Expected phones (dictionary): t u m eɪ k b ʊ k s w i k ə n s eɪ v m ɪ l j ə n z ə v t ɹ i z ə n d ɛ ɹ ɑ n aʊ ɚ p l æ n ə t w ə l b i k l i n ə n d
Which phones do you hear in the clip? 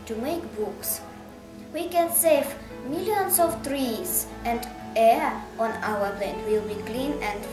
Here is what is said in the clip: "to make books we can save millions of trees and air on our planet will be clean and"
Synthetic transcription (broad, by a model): t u m eɪ k b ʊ k s w i k ə n s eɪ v m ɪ l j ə n s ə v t ɹ i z ə n d ɛ ɹ ɑ n aʊ ɚ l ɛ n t w ə l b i k l i n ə n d